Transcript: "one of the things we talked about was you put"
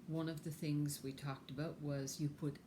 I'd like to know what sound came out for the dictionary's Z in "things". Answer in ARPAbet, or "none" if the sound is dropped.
Z